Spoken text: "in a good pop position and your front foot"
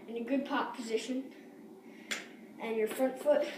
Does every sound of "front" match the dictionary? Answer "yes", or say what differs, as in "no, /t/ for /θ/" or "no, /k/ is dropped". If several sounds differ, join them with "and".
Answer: yes